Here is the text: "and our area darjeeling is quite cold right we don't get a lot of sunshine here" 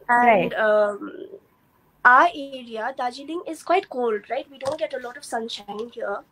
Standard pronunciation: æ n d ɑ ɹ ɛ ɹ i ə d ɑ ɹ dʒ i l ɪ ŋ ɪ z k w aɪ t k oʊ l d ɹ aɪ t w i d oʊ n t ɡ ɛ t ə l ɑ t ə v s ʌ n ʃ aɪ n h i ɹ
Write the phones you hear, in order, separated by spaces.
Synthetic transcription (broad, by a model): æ n d ɑ ɹ ɛ ɹ i ə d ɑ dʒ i l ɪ ŋ ɪ z k w aɪ t k oʊ l d ɹ aɪ t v i d oʊ n t ɡ ɛ t ə l ɑ t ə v s ʌ n ʃ aɪ n h i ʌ